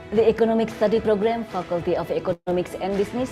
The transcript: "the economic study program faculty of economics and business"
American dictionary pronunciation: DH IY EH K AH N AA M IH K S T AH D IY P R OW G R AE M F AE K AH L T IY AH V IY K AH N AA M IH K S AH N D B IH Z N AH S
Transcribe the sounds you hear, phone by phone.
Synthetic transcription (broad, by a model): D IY EH K AH N AA M IH K S T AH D IY P R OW G R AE M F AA K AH L T IY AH P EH K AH AA M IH K S AH N D B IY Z N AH S